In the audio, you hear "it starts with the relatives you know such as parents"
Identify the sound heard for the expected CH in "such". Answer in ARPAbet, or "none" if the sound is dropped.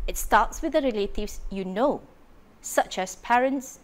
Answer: CH